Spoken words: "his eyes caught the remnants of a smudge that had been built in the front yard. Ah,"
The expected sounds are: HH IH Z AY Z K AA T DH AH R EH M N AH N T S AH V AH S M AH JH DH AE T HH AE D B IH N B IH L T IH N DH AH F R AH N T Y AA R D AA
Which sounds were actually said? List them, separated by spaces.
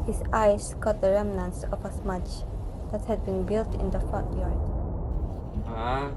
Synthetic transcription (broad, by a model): HH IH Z AY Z K AA T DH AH R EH M N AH N S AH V AH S M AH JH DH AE T HH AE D B IH N B IH L T IH N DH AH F AO T Y AA R D